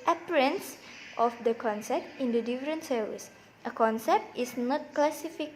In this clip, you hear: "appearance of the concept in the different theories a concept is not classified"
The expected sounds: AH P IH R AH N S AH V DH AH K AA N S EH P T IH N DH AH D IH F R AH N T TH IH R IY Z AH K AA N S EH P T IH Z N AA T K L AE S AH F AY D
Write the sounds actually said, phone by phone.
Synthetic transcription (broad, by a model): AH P R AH N S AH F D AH K AA N S EH P T IH N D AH D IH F R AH N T S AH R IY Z AH K AA N S EH P T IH S N AA T K L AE S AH F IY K